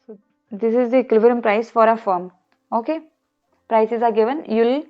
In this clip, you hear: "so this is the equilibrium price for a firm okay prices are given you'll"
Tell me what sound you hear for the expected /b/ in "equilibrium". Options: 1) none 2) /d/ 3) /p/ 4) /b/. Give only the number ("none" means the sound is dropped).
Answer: 1